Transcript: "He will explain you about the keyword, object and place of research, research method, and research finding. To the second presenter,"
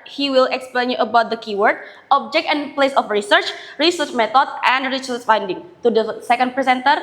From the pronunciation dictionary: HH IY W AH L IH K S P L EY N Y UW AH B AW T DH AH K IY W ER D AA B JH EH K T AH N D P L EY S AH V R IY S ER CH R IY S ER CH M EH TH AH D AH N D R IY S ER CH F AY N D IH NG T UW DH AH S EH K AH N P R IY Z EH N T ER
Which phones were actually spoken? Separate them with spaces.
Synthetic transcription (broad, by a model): HH IY W AH L IH K S P L EY N Y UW AH B AW T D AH K IY W ER D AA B JH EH K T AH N P L EY S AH F R IY S ER CH R IY S ER CH M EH T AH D AH N D R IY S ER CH F AY N D IH NG T UW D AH S EH K AH N P R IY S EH N T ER